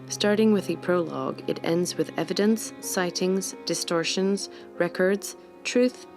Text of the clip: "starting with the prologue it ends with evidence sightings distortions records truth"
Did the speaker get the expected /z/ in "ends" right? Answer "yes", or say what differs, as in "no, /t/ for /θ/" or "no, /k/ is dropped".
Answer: yes